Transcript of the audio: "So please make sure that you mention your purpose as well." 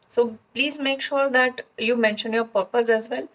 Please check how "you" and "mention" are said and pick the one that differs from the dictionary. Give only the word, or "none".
none